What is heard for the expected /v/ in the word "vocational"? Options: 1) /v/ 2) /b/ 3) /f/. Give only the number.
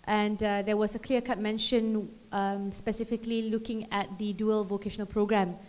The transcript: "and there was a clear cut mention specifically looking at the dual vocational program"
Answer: 1